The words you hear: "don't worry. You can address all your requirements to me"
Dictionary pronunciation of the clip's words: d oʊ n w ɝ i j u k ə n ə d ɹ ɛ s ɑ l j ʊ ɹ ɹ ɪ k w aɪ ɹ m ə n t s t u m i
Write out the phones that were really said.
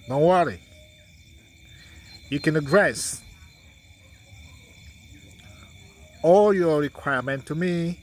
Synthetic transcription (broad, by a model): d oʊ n w ɝ i j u k ə n ə d ɹ ɛ s ɑ l j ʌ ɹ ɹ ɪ k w aɪ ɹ m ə n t t u m i